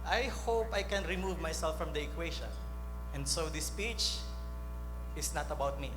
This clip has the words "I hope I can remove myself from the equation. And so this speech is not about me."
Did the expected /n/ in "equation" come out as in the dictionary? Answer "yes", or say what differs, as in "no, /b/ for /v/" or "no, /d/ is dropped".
no, /n/ is dropped